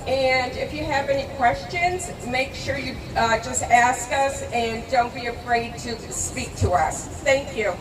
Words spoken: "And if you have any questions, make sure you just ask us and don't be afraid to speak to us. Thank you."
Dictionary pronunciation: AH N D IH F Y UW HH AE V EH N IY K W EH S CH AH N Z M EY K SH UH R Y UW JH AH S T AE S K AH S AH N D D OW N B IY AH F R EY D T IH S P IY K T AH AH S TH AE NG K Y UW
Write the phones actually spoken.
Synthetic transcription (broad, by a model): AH N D IH F Y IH V EH N IY K W EH S CH AH N Z M EY K SH UH R Y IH JH AH S T AE S K AH S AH N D D OW N B IY AH F R EY D T IH S P IY K T AH AH S TH AE NG K Y UW